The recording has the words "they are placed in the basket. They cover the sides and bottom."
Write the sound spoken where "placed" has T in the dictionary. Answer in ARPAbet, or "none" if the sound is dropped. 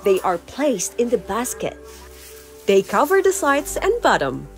T